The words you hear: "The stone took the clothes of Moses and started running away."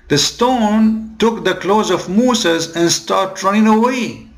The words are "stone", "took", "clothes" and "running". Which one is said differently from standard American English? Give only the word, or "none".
none